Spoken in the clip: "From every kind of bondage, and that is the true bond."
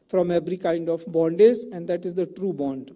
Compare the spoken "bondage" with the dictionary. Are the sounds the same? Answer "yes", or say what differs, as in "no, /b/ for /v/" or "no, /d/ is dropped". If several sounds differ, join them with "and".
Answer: no, /z/ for /dʒ/